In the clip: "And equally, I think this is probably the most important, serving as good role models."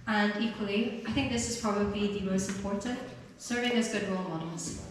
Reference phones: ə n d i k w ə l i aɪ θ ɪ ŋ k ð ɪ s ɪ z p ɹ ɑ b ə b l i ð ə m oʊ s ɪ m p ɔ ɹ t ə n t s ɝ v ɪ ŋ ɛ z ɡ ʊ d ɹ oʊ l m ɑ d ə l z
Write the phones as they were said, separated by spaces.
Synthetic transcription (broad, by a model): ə n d i k w ə l i aɪ θ ɪ ŋ k ð ɪ s ɪ z p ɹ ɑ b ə b l i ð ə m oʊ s ɪ m p ɔ ɹ t ə n t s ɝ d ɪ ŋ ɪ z ɡ ʊ d ɹ oʊ l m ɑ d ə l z